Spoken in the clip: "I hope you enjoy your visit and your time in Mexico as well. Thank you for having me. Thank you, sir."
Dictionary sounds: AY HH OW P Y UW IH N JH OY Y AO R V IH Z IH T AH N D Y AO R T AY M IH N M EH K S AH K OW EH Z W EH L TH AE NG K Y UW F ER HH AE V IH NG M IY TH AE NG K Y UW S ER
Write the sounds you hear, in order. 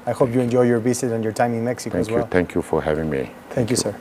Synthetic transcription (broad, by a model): AY HH OW P Y UW IH N JH OY Y AO R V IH S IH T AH N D Y AO R T AY M IH N M EH K S AH K OW EH Z W EH L T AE NG K Y UW F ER HH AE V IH NG M IY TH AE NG K Y UW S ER